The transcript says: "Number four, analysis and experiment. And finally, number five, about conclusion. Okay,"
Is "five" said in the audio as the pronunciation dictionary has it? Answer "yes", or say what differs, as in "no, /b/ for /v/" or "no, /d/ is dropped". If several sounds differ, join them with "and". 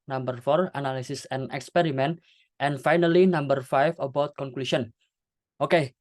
no, /f/ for /v/